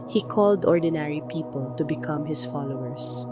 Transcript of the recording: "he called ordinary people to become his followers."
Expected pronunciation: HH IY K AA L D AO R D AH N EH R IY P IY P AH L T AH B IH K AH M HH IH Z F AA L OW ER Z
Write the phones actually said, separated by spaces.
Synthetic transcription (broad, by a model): HH IY K AA L D AO R D AH N EH R IY P IY P AH L T AH B IH K AH M HH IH S F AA L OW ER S